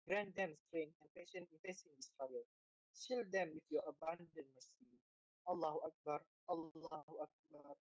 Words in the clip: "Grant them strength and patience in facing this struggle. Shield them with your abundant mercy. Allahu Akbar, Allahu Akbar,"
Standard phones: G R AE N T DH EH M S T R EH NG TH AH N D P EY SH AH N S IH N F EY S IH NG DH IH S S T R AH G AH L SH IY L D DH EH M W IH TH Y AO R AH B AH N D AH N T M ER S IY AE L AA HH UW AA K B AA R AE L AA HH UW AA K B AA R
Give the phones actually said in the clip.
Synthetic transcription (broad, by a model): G R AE N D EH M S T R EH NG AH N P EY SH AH N IH N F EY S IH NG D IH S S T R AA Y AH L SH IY L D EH M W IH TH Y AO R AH B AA N D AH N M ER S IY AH L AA HH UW AA K B AA R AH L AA HH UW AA K B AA R